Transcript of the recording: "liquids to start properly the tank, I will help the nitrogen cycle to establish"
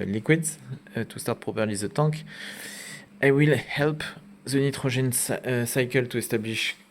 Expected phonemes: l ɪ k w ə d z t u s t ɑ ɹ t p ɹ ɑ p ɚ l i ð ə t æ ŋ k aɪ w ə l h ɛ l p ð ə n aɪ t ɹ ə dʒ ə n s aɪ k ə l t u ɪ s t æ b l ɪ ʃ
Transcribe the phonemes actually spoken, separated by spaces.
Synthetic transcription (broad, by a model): l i k w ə d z t u s t ɑ ɹ t p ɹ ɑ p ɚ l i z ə t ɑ k aɪ w ə l h ɛ l p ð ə n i t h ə ʒ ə n s aɪ k ə l t u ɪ s t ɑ b l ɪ ʃ